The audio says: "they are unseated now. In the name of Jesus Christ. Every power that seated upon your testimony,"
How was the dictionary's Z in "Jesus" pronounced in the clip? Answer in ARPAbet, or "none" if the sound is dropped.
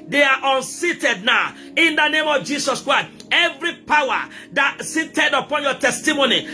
S